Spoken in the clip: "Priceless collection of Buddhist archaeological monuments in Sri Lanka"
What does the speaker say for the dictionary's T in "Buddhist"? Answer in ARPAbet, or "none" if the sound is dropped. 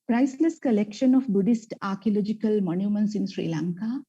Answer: T